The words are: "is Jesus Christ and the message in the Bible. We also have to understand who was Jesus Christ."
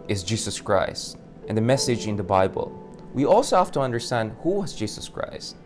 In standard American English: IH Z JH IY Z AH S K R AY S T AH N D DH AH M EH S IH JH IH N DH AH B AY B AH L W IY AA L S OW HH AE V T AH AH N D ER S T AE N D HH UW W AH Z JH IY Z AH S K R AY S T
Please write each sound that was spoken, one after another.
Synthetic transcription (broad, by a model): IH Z JH IY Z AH S K R AY S T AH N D DH AH M EH S IH JH IH N DH AH B AY B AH L W IY AA L S OW HH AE F T AH AH N D ER S T AE N D HH UW W AH Z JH IY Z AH S K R AY S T